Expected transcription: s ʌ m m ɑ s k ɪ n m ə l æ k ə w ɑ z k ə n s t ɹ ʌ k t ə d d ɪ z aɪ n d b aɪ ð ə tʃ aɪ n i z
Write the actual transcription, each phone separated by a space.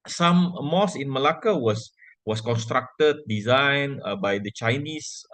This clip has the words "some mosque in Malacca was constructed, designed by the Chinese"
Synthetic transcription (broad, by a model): s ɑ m m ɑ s ɪ n m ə l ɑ k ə w ɑ s k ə n s t ɹ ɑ k t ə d d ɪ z aɪ n b aɪ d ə tʃ aɪ n i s